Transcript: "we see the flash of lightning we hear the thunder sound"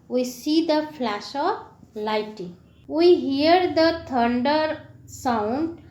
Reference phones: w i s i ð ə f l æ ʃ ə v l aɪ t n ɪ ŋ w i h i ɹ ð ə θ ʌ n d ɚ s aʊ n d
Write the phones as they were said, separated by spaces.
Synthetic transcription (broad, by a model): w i s i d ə f l æ ʃ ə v l aɪ t ɪ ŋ w i h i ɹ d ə t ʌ n d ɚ s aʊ n d